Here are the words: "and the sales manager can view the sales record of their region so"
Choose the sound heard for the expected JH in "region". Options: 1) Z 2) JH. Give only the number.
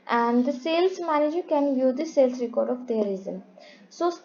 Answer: 1